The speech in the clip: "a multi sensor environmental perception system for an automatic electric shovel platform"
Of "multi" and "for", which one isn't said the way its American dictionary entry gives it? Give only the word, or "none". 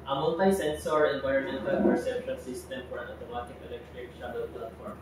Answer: multi